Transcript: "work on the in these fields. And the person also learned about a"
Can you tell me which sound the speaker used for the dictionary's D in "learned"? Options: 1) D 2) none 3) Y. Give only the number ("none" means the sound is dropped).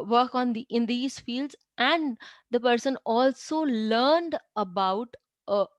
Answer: 1